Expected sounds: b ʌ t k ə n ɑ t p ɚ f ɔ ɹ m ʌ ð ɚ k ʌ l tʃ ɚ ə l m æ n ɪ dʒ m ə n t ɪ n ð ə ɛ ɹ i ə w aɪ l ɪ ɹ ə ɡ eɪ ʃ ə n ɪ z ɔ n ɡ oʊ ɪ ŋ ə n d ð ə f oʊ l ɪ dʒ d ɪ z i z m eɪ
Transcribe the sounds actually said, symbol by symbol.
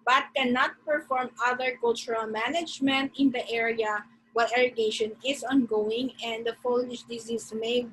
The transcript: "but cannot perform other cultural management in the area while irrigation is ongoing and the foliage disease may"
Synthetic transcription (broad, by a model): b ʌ t k ə n ɑ t p ɚ f ɔ ɹ m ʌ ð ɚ k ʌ l tʃ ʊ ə l m æ n ɪ dʒ m ə n t ɪ n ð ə ɛ ɹ i ə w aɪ l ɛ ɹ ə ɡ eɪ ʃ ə n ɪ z ɔ n ɡ oʊ ɪ ŋ ə n d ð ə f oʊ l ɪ ʃ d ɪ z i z m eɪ